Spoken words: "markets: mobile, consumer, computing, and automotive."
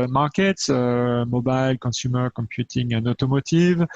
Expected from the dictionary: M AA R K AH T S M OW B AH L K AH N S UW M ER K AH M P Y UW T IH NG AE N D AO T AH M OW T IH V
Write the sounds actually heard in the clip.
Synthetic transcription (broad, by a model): M AA R K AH T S M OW B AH L K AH S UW M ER K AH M P Y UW T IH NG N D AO T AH M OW T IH V